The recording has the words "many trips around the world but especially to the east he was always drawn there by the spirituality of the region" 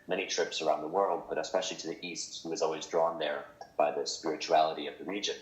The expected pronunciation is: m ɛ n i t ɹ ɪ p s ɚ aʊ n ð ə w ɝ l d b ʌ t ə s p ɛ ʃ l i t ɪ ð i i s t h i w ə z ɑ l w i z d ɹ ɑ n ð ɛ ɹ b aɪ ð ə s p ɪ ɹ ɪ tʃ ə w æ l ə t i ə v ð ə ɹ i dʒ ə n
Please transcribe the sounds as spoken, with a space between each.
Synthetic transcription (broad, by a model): m ɛ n i t ɹ ɪ p s ɚ aʊ n ð ə w ɝ l d b ʌ t ə s p ɛ ʃ l i t ɪ ð i i s t h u w ə z ɑ l w i z d ɹ ɑ n ð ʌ ɹ b aɪ ð ə s p ɪ ɹ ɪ tʃ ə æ l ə t i ə v ð ə ɹ i dʒ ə n